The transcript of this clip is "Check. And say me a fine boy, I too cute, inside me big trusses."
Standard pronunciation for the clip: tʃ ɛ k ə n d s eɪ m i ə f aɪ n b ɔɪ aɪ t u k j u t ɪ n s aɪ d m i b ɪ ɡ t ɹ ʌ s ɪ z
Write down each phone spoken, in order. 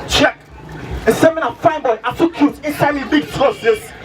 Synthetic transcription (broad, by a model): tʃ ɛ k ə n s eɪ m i ə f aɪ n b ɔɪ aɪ t u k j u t ɪ n s aɪ d m i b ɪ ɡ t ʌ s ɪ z